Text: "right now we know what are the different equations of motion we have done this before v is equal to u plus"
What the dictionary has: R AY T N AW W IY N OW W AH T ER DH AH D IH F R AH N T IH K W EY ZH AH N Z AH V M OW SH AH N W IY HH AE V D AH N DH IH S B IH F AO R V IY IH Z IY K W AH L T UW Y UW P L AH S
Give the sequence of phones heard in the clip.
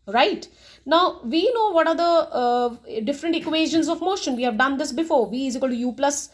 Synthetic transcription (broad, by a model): R AY T N AW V IY N OW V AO T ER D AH D IH F R AH N T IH K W EY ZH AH N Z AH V M OW SH AH N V IY HH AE V D AH N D IH S B IH F AO R V IY IH Z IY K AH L T UW Y UW P L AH S